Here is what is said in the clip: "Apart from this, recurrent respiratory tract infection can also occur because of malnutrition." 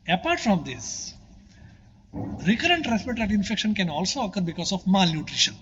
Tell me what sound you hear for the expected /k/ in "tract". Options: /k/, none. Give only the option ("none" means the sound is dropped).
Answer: none